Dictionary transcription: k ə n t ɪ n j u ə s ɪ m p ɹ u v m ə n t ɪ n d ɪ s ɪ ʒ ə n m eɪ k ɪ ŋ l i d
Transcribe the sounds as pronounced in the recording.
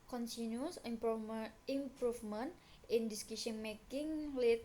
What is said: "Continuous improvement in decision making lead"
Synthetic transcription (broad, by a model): k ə n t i n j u s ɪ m p ɹ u f m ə n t ɪ n d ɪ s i ʃ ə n m eɪ k ɪ ŋ l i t